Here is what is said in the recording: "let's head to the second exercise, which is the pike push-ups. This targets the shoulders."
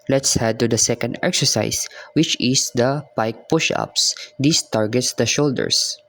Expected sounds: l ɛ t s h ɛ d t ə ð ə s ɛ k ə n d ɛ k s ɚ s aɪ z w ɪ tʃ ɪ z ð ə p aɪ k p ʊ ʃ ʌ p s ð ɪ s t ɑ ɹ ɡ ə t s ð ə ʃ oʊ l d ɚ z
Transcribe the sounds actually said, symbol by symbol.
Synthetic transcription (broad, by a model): l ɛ t s h ɛ d t ə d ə s ɛ k ə n d ɛ k s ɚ s aɪ s w ɪ tʃ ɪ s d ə p aɪ k p ʊ ʃ ʌ p s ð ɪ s t ɑ ɹ ɡ ə t s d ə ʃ oʊ l d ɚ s